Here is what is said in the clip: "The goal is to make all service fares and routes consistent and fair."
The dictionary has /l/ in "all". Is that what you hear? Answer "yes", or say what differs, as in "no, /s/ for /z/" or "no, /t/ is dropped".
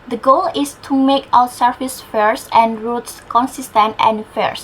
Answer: no, /w/ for /l/